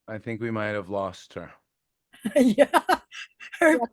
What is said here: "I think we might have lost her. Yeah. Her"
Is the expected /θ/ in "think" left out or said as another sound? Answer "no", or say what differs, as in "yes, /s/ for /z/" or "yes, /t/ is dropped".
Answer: no